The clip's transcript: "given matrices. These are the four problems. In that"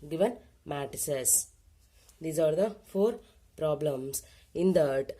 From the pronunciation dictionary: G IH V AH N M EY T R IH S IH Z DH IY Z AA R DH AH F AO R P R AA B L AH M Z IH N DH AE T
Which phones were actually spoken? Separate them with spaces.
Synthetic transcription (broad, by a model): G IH V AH N M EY T IH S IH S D IY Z AA R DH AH F AO R P R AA B L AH M S IH N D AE T